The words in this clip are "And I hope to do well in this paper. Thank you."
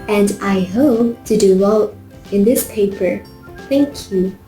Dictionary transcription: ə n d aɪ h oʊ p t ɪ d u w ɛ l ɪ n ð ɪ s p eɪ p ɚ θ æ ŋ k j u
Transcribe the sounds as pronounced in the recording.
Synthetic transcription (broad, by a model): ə n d aɪ h oʊ p t ɪ d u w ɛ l ɪ n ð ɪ s p eɪ p ɚ θ æ ŋ k j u